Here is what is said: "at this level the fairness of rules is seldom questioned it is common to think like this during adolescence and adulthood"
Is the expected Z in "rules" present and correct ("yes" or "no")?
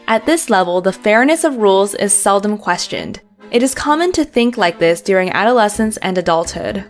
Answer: yes